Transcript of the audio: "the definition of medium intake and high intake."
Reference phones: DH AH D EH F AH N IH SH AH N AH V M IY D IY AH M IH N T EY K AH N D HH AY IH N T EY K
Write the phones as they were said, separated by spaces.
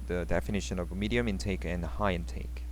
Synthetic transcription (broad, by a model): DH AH D EH F AH N IH SH AH N AH V M IY D IY AH M IH N T EY K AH N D HH AY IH N T EY K